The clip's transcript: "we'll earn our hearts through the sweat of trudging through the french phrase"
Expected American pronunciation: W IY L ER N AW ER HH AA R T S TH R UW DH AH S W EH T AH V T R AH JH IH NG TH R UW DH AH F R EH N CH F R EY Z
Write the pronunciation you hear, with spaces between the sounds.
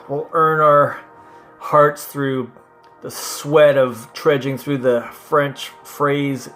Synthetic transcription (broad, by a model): W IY L ER N AW ER HH AA R T S TH R UW DH AH S W EH T AH V T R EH JH IH NG TH R UW DH AH F R EH N CH F R EY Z